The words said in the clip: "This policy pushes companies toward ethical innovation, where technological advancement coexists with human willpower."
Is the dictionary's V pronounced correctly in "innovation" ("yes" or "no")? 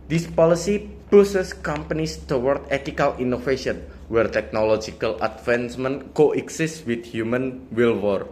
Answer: no